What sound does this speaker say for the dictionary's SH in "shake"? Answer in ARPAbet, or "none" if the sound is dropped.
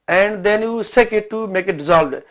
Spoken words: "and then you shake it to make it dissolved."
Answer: S